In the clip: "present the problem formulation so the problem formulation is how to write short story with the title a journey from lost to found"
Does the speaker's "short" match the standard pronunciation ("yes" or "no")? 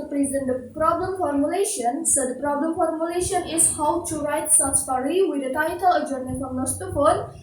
no